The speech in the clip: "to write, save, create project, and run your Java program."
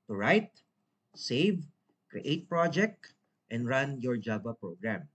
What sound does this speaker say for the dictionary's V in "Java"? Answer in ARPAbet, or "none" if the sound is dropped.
B